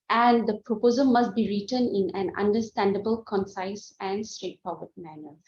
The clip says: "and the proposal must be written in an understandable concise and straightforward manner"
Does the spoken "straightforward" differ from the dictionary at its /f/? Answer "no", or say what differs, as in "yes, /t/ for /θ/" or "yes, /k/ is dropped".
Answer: yes, /p/ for /f/